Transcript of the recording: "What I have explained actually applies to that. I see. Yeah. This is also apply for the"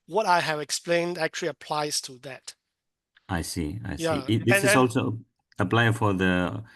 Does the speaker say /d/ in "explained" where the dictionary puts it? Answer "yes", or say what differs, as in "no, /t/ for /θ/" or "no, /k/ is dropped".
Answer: yes